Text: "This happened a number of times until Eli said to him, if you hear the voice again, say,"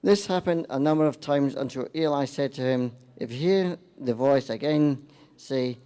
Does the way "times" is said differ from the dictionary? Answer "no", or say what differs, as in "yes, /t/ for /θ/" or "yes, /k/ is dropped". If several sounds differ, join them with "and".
no